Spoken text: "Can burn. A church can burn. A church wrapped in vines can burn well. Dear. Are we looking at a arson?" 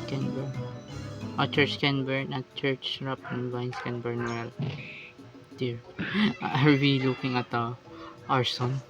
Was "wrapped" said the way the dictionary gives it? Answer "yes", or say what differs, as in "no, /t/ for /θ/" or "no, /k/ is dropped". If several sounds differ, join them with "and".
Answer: no, /t/ is dropped